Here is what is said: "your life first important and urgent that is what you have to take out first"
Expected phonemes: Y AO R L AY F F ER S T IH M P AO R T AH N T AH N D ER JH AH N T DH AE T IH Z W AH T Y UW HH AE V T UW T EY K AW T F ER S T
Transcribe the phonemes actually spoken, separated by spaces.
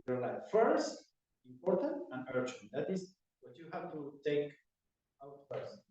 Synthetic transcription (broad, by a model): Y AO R L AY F F ER S T IH M P AO R T AH N T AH N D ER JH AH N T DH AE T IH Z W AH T Y UW HH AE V T UW T EY K AW T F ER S